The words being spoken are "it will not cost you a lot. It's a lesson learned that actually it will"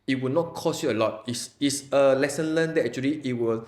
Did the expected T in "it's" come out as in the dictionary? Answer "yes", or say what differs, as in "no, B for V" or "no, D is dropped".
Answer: no, S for T